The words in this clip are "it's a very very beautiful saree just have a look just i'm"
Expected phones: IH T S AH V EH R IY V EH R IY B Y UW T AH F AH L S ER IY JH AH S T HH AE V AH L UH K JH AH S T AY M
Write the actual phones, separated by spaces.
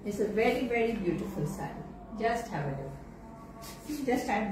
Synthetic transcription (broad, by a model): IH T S AH V EH R IY V EH R IY B Y UW T AH F AH L S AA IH JH AH S T HH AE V AH N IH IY JH AH S T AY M